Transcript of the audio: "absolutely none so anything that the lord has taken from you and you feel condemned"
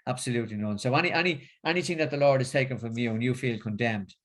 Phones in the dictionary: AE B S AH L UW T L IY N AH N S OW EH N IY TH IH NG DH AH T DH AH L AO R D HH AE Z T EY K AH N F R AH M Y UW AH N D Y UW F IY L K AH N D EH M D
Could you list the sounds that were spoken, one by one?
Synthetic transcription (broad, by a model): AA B S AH L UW T L IY N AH N S OW EH N IY TH IH NG DH AH T DH AH L AO R D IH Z T EY K AH N F R AH M Y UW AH N Y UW F IY L K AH N D EH M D